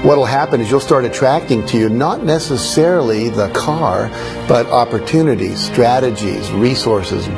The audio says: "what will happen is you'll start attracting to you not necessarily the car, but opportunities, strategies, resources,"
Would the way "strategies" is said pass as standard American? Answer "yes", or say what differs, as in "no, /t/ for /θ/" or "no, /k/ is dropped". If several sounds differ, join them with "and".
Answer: yes